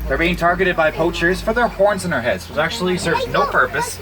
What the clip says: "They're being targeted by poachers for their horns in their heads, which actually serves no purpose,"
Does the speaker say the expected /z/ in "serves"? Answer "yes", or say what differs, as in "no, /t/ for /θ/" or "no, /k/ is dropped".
no, /z/ is dropped